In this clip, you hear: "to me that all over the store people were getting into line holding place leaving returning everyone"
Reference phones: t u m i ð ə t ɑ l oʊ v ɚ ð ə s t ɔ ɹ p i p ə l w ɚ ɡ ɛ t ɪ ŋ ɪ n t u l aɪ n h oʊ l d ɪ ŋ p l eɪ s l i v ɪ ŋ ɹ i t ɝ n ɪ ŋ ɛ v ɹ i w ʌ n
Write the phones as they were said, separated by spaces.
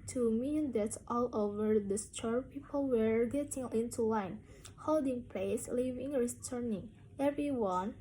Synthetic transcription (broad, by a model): t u m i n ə t ɑ l oʊ v ɚ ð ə s t ɔ ɹ p i p ə l w ɚ ɡ ɛ t ɪ ŋ ɪ n t u l aɪ n h oʊ l d ɪ ŋ p l eɪ s l i v ɪ ŋ ɹ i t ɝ n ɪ ŋ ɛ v ɹ i w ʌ n